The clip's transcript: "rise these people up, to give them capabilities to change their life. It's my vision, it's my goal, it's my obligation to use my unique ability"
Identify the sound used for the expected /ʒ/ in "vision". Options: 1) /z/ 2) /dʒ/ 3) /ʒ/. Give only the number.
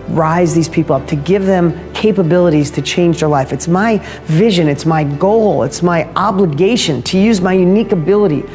3